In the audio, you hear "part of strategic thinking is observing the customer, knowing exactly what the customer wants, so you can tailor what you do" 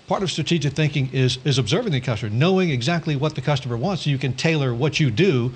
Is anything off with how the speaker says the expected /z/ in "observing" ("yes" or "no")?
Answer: no